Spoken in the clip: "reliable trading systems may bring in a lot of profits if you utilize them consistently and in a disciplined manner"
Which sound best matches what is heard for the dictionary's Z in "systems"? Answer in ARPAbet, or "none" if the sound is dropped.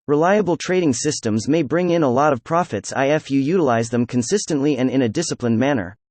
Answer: Z